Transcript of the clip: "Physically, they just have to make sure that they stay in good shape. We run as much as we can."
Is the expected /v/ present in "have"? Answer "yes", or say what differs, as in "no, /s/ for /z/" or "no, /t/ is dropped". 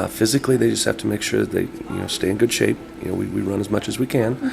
no, /f/ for /v/